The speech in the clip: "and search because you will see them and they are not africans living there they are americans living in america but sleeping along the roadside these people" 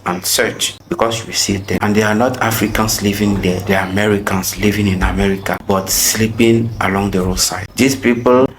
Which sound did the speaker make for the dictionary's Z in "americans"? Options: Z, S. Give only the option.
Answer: S